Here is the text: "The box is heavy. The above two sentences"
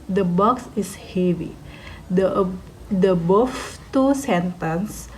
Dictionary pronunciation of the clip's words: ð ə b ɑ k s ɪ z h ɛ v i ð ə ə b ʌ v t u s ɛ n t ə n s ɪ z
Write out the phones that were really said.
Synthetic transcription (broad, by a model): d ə b ɑ k s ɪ s h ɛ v i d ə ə b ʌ f t u s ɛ n t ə n s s